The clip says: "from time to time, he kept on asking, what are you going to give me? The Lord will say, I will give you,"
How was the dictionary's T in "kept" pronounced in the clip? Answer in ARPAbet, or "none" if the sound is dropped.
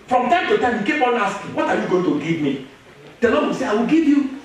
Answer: none